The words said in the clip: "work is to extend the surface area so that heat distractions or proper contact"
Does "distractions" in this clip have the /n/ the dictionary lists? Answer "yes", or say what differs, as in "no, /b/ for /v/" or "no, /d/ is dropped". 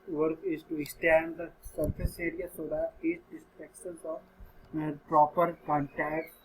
no, /n/ is dropped